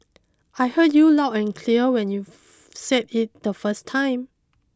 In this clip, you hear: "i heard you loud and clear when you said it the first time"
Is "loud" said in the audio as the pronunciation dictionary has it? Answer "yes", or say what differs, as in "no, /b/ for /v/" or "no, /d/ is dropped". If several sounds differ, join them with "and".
no, /d/ is dropped